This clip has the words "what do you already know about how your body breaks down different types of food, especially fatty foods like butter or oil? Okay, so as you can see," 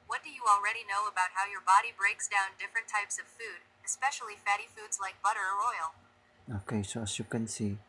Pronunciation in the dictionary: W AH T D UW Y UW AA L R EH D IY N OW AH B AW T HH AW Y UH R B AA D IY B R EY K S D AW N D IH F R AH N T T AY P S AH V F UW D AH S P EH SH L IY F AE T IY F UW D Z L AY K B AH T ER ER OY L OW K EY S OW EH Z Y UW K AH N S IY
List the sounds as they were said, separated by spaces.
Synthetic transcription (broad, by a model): W AH T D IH Y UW AA L R EH D IY N OW AH B AW T HH AW Y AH R B AA D IY B R EY K S D AW N D IH F R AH N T T AY P S AH V F UW D AH S P EH SH L IY F AE T IY F UW D Z L AY K B AH T ER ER OY L OW K EY S OW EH S Y UW K AH N S IY